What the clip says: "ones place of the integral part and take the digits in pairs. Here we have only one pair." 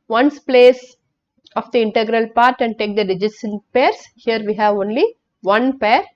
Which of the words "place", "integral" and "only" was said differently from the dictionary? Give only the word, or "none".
none